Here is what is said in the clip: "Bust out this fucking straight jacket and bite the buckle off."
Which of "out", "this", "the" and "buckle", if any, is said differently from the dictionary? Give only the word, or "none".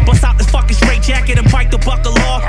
this